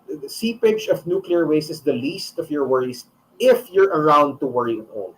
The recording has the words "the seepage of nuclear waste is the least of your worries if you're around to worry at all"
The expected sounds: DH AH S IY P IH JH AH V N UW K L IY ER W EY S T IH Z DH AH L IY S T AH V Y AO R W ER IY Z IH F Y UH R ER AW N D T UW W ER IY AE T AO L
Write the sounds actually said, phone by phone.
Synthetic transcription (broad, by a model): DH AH S IY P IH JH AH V N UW K L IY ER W EY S IH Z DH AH L IY S T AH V Y AO R W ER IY S IH F Y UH R ER AW N D T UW W ER IY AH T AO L